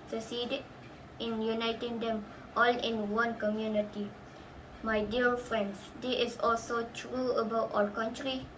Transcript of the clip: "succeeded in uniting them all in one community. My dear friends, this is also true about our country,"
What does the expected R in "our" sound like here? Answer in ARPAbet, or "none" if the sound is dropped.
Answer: L